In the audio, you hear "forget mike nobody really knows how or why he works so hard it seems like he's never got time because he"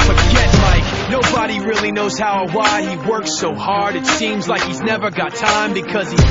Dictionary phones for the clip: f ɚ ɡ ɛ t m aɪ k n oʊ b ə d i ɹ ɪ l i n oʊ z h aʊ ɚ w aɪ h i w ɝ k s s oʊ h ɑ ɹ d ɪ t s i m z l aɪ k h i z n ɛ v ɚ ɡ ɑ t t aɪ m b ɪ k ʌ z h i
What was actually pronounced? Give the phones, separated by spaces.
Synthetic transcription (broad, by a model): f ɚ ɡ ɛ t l aɪ k n oʊ b ə d i ɹ ɪ l i n oʊ z h aʊ ɚ w aɪ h i w ɝ k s s oʊ h ɑ ɹ d ɪ t s i m z l aɪ k h i z n ɛ v ɚ ɡ ɑ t t aɪ m b ɪ k ʌ z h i